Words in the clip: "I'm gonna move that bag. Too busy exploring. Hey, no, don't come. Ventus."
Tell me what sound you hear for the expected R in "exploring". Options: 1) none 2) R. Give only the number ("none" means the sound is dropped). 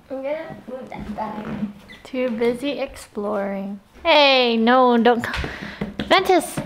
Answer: 2